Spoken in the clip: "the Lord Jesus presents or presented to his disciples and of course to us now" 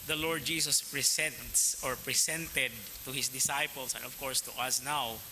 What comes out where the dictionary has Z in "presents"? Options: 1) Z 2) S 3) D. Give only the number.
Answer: 2